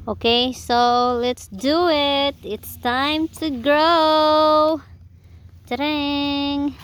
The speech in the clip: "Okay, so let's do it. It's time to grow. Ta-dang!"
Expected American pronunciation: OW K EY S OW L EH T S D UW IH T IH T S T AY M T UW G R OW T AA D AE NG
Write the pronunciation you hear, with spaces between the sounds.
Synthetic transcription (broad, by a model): OW K EY S OW L EH T S D UW IH T IH T S T AY M T UW G R OW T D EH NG